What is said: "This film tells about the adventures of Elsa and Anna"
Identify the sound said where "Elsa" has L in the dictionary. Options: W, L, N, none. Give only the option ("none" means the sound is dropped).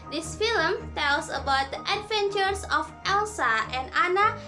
L